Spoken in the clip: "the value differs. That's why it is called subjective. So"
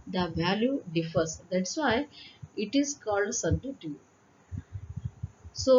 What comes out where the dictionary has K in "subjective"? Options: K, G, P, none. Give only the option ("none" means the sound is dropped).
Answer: none